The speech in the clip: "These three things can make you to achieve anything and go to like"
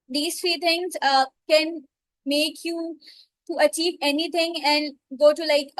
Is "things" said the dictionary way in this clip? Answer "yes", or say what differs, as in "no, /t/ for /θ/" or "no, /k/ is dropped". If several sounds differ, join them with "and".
no, /t/ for /θ/